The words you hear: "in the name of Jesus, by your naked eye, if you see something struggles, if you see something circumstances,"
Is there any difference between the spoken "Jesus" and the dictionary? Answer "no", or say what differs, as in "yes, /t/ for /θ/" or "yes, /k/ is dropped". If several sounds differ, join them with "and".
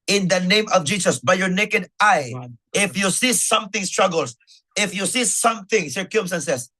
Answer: yes, /s/ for /z/